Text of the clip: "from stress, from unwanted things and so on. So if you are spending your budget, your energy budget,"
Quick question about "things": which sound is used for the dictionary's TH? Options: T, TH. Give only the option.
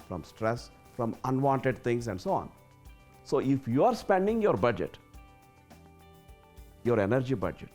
T